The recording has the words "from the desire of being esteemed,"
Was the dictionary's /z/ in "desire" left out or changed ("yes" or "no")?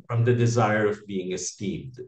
no